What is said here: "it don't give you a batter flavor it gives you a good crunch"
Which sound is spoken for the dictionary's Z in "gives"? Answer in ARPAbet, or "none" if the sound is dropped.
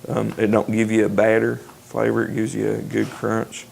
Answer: Z